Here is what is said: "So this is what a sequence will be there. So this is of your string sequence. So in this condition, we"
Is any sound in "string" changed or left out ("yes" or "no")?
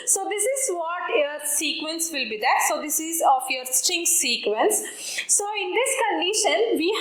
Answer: yes